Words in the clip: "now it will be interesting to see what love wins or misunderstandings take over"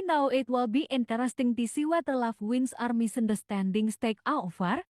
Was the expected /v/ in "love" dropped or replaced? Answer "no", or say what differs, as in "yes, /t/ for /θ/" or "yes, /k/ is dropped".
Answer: yes, /f/ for /v/